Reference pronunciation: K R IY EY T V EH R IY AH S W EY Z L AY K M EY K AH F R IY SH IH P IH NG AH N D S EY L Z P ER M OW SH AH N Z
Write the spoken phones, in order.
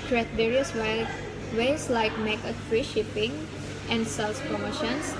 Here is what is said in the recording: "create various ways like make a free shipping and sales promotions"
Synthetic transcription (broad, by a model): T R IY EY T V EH R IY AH S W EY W L AY K M EY K AH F R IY SH IH P IH NG AH N D S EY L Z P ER M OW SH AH N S